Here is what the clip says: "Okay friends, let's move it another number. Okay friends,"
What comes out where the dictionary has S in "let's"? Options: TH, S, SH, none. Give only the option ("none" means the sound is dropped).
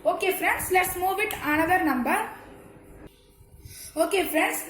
S